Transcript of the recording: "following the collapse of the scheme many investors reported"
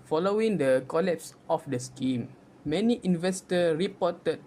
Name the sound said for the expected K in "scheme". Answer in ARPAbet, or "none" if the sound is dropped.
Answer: K